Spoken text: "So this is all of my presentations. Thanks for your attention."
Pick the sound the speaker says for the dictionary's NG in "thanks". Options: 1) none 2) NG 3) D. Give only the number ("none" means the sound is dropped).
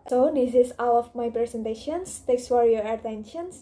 1